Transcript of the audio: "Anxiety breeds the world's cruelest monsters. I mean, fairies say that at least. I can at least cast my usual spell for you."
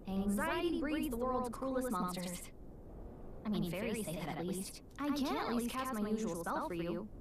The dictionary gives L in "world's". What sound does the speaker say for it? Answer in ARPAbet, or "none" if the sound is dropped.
L